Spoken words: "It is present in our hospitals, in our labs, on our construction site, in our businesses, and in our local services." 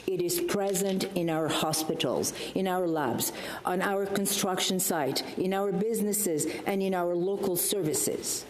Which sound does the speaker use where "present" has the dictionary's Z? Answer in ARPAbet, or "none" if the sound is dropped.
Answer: Z